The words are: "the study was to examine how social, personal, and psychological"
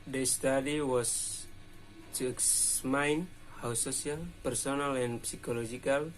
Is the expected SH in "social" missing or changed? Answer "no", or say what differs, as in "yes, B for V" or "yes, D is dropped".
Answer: yes, S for SH